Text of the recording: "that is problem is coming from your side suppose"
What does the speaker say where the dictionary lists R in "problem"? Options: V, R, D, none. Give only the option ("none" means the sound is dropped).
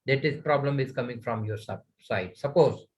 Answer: R